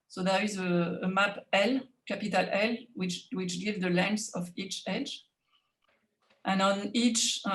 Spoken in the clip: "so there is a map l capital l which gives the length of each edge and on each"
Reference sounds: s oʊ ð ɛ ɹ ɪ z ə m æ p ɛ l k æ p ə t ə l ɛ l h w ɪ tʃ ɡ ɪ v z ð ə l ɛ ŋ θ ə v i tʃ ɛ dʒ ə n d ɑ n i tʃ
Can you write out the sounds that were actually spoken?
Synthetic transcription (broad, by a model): s oʊ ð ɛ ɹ ɪ z ə m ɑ p ɛ l k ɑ p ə t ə l ɛ l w w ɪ tʃ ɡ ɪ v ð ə l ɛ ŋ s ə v i tʃ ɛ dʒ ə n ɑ n i tʃ